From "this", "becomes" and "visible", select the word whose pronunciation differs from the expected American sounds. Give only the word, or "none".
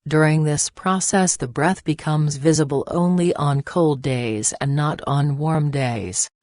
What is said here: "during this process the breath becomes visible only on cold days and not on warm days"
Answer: none